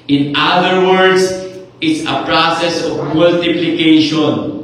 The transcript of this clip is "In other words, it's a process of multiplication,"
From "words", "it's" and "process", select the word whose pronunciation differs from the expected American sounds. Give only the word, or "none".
words